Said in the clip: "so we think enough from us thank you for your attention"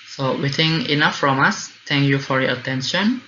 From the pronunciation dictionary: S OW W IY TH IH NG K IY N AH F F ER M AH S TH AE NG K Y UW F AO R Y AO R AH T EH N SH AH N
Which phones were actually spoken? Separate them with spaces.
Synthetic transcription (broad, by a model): S OW W IY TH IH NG IY N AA F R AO M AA S T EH NG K Y UW F AO R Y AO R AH T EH N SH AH N